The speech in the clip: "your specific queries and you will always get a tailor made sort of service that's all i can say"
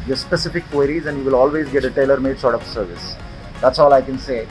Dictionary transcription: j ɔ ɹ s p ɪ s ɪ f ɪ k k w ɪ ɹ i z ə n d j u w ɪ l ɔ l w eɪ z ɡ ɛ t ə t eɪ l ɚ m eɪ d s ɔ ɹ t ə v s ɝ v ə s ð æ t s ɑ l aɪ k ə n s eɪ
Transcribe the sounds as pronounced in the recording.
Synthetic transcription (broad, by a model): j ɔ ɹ s p ɪ s ɪ f ɪ k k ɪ ɹ i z ə n d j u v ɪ l ɔ l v eɪ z ɡ ɛ t ə t eɪ l ɚ m eɪ d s ɔ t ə f s ɝ v ə s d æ t s ɑ l aɪ k ə n s eɪ